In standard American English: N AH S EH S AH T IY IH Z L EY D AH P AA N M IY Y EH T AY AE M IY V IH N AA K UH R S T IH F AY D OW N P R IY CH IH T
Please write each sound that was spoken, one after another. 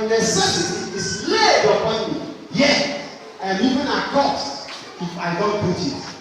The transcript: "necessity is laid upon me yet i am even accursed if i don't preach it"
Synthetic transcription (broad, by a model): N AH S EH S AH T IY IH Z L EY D AH P AA N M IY Y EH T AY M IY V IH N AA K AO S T IH F AY D OW N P IY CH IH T